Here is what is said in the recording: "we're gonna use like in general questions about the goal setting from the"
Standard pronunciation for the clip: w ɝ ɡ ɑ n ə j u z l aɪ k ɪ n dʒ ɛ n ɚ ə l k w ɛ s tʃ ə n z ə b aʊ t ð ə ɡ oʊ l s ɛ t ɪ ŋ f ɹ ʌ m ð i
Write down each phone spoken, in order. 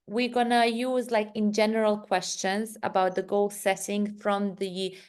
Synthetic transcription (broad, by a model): w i ɡ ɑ n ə j u z l aɪ k ɪ n dʒ ɛ n ɚ ə l k w ɛ s tʃ ə n z ə b aʊ t ð ə ɡ oʊ l s ɛ t ɪ ŋ f ɹ ʌ m ð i